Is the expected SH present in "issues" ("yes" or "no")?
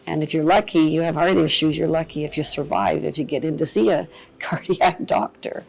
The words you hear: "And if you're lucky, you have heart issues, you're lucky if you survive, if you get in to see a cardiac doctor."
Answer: yes